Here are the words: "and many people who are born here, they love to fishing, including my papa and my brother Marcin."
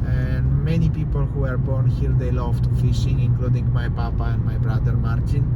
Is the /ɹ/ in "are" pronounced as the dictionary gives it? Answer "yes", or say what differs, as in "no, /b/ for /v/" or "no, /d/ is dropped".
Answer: yes